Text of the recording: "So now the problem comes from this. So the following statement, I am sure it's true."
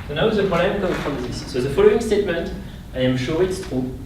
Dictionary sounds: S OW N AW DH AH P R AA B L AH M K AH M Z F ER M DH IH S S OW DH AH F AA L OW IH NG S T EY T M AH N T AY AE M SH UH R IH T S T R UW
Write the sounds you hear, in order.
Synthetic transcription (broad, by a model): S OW N AW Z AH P AA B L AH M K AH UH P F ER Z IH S S OW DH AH F AA L OW IH NG S T EY T M AH N T AY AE M SH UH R IH T S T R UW